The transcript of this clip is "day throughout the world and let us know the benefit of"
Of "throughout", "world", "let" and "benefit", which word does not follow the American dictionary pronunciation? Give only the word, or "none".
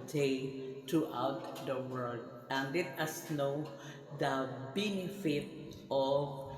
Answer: throughout